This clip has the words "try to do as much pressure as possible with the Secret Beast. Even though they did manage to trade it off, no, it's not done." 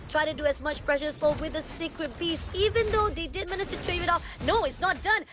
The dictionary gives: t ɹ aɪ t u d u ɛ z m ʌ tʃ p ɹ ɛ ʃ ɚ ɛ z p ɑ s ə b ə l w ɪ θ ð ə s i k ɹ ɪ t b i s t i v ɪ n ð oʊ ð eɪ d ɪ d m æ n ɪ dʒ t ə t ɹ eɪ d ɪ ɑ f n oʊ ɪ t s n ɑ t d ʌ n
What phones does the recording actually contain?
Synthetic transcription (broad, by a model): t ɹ aɪ t u d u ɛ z m ʌ tʃ p ɹ ɛ ʃ ɚ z f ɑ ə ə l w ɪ ð ə s i k ɹ ɪ t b i s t i v ɪ n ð oʊ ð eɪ d ɪ d m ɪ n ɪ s t ə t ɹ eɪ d ɑ f n oʊ ɪ t s n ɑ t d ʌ n